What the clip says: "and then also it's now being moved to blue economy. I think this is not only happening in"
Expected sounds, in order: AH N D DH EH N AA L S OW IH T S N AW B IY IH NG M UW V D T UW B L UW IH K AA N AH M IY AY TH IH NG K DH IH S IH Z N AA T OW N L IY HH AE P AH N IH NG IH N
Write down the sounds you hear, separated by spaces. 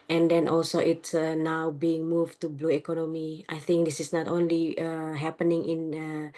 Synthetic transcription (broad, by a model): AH N D EH N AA L S OW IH T S N AW B IY IH NG M UW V T UW B L UW IH K AA N AH M IY AY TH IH NG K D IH S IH S N AA T OW N L IY HH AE P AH N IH NG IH N